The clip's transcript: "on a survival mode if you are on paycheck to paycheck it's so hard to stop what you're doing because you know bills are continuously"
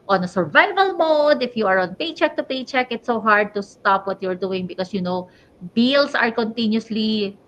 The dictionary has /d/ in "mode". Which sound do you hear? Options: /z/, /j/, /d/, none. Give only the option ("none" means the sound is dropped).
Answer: /d/